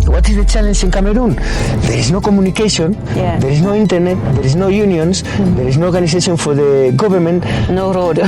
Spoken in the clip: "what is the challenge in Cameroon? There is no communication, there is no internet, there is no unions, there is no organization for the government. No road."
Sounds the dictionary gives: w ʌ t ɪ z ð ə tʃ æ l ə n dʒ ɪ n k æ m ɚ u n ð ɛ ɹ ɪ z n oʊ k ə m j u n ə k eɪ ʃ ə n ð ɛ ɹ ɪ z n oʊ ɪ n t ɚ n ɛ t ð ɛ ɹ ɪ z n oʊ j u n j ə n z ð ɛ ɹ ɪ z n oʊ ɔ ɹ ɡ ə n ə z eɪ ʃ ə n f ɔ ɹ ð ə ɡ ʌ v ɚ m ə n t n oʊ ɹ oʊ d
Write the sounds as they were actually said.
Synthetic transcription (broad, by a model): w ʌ t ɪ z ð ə tʃ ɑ l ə n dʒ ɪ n k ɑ m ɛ u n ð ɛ ɹ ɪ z n oʊ k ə m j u n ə k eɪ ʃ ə n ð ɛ ɹ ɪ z n oʊ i n t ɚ n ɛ t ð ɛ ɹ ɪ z n oʊ j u n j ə n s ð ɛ ɹ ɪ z n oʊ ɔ ɹ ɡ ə n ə s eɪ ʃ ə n f ɔ ɹ ð ə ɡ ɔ b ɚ m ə n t n oʊ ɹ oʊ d